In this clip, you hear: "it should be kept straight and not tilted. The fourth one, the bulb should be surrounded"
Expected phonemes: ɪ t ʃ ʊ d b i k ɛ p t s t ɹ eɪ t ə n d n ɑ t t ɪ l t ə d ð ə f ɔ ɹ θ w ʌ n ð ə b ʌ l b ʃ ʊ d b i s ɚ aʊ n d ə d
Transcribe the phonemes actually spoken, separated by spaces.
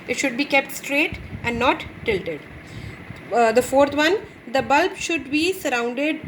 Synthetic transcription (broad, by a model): ɪ t ʃ ʊ d b i k ɛ p t s t ɹ eɪ t ə n d n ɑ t t ɪ l t ə d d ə f ɔ ɹ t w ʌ n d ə b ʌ l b ʃ ʊ d b i s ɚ aʊ n d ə d